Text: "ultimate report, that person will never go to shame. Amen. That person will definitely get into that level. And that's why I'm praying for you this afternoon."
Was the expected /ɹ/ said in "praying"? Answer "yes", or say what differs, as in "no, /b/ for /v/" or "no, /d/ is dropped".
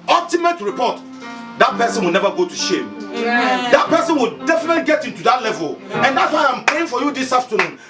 no, /ɹ/ is dropped